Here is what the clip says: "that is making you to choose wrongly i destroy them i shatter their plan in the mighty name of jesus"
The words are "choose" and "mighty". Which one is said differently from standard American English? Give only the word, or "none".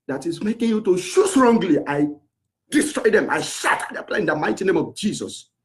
choose